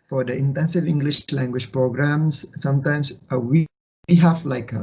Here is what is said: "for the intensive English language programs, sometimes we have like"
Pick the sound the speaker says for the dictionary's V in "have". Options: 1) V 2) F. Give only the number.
2